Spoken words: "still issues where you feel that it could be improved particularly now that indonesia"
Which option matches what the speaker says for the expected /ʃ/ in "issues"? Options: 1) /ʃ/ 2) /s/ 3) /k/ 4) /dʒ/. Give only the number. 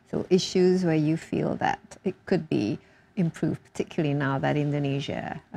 1